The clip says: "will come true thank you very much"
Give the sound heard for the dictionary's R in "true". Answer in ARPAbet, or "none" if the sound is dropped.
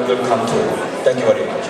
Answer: none